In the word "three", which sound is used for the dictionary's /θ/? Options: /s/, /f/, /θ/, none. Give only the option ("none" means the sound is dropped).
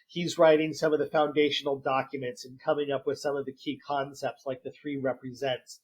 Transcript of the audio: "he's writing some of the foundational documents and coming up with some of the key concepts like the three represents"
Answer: /θ/